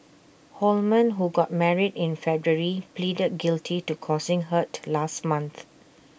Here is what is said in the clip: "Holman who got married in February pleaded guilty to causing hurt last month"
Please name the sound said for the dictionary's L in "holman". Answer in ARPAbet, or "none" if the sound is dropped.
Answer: L